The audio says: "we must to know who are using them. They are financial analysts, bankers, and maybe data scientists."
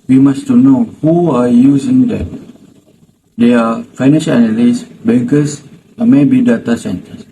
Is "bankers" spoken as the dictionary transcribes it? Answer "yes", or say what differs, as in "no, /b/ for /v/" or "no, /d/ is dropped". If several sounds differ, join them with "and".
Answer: no, /s/ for /z/